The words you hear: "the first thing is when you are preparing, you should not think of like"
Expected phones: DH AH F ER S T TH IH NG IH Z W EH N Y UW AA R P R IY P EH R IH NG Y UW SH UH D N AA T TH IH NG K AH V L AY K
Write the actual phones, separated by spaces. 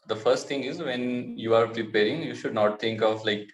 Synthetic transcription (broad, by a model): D AH F ER S T T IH NG IH Z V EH N Y UW AA R P R IY P EH R IH NG Y UW SH UH D N AA T T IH NG K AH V L AY K